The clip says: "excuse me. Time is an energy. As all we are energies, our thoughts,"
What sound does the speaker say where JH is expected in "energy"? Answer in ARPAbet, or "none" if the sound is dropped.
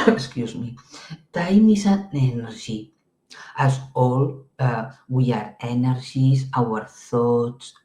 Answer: ZH